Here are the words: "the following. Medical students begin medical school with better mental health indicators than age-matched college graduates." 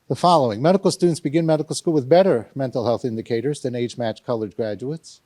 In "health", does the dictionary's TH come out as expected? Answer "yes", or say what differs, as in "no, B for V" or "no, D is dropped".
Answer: yes